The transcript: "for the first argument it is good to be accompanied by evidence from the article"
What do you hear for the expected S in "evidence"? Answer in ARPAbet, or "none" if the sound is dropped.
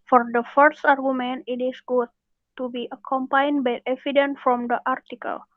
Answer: none